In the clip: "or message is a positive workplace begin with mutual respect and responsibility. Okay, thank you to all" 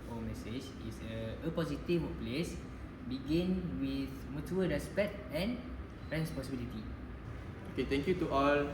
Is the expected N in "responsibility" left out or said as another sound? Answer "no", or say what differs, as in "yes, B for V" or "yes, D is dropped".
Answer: yes, N is dropped